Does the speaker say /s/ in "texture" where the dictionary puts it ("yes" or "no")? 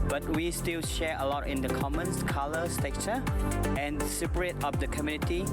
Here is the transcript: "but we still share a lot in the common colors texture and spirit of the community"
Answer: no